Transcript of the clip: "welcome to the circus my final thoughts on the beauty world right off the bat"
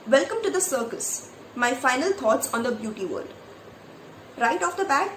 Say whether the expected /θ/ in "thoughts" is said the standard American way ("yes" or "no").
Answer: no